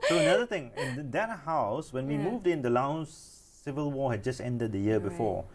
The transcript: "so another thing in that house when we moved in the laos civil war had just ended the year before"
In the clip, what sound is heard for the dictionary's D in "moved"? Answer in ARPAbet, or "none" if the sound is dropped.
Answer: D